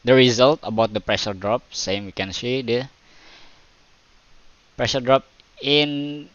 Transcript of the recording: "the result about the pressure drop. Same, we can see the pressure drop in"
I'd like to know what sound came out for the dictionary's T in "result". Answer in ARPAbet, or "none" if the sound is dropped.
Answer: T